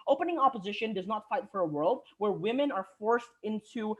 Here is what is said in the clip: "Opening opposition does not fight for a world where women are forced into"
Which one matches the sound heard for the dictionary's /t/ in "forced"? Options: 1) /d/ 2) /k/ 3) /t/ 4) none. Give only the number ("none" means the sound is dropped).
3